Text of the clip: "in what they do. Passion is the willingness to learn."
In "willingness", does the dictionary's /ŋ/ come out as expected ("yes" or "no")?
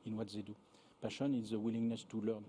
yes